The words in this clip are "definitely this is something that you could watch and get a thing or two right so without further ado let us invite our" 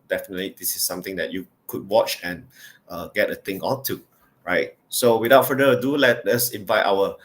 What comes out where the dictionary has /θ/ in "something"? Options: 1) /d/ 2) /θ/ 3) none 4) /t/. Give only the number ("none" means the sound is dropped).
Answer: 4